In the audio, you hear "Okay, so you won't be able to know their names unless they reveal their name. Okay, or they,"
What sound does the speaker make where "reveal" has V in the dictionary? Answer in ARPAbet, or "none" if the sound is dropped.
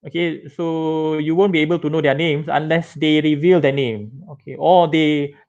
V